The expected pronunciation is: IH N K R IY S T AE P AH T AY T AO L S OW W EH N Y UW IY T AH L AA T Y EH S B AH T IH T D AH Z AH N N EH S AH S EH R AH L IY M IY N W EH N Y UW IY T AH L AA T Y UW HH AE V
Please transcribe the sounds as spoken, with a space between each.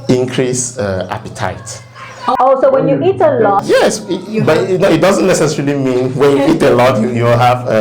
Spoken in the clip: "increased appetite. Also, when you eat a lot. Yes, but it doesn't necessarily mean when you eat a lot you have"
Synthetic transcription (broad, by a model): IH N K R IY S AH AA P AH T AY T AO S OW W EH N Y UW IY T AH L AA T Y EH S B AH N IH T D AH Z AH N N EH S AH S EH R AH L IY M IY N W EH N Y UW IY T AH L AA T Y UW HH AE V